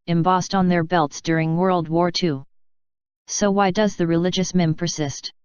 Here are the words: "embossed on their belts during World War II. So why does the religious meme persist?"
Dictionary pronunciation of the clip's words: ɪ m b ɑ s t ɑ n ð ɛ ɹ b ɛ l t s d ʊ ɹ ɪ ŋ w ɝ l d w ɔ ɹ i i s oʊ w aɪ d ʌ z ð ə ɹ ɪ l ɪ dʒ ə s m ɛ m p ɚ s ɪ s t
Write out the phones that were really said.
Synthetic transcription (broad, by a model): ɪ m b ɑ s t n ð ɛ ɹ b ɛ l t s d ʊ ɹ ɪ ŋ w ɝ l d w ɔ ɹ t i s oʊ w aɪ d ʌ z ð ə ɹ ɪ l ɪ dʒ ə s m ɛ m p ɚ s ɪ s t